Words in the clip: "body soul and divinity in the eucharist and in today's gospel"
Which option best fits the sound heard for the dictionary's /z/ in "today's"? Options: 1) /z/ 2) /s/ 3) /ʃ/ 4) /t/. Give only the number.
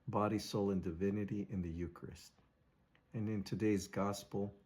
1